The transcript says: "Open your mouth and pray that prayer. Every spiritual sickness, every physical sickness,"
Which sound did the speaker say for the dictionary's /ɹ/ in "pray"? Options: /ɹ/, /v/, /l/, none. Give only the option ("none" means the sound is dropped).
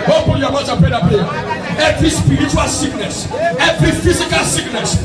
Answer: none